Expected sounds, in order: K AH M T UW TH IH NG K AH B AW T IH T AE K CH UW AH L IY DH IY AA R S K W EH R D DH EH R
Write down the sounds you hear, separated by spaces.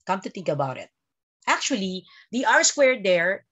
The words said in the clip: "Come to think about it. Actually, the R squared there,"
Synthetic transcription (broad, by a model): K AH M T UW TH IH NG K AH B AW T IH T AE K CH UW AH L IY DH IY AA R S K W EH R D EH R